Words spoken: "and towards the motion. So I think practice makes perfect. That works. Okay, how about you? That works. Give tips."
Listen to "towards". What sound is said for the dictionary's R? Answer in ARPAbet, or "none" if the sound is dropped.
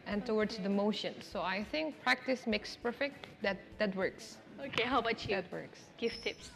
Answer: W